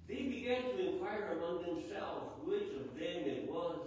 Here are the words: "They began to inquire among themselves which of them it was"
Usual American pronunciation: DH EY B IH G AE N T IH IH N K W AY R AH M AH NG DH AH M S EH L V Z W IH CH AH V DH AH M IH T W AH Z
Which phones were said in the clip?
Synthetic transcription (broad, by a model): DH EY B IH G AE N T IH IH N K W AY R AH M AH NG DH AH M S EH L V Z W IH CH AH V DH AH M IH T W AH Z